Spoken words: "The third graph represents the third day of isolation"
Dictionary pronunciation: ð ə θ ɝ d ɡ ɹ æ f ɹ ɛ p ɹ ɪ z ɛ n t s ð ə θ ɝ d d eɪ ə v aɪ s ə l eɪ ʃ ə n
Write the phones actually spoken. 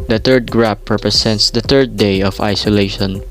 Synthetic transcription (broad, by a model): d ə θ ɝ d ɡ ɹ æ p ɹ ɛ p ɹ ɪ s ɛ n t s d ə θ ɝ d d eɪ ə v aɪ s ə l eɪ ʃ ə n